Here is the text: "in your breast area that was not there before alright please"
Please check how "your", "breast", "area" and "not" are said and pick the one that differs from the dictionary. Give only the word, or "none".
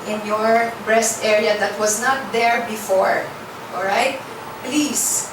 none